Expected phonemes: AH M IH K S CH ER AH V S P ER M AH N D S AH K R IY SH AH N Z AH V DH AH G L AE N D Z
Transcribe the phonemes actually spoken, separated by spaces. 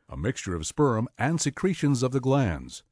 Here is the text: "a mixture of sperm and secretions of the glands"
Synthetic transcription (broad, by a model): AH M IH K S CH ER AH V S P ER M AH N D S AH K R IY SH AH N Z AH V DH AH G L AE N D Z